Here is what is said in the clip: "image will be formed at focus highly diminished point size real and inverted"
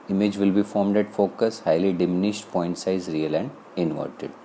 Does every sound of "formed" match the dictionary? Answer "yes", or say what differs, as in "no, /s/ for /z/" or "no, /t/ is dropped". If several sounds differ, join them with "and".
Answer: yes